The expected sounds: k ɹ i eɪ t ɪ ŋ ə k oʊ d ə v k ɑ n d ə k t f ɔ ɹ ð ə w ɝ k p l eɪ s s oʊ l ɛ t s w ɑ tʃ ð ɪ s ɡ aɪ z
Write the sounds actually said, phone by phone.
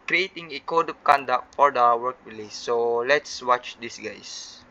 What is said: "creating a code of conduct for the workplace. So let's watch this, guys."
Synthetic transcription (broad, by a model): k ɹ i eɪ t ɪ ŋ ə k oʊ d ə p k ɑ n d ə k t f ɔ ɹ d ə w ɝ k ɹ l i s s oʊ l ɛ t s w ɑ tʃ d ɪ s ɡ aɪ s